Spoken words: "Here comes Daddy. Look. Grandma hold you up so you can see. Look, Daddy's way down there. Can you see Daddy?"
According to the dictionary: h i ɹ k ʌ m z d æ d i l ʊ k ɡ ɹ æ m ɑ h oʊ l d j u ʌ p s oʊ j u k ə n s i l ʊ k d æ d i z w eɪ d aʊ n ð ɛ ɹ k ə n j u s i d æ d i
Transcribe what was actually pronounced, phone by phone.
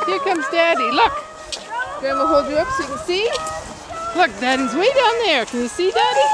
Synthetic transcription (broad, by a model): h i ɹ k ʌ m z d æ d i l ʊ k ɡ ɔ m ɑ h oʊ l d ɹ ʌ p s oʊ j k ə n s i l ʊ k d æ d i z w eɪ d aʊ n ð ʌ ɹ k ə n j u s i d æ d i